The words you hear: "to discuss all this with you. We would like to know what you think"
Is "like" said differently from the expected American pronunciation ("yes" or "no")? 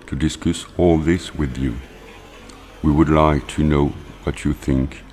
no